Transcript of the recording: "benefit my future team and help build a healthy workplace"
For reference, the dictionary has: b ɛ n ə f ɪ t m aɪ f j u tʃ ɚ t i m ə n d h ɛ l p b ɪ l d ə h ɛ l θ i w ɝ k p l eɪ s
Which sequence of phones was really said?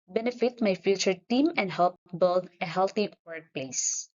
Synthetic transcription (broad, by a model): b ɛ n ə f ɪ t m aɪ f j u tʃ ɚ t i m ə n d h ɛ l p b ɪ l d ə h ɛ l t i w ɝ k p l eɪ s